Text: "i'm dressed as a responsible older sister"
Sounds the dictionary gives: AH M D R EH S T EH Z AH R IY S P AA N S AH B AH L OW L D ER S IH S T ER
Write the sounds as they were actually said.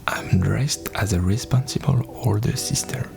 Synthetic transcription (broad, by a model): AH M D R EH S T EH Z AH R IY S P AA N S AH B AH L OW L D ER S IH S T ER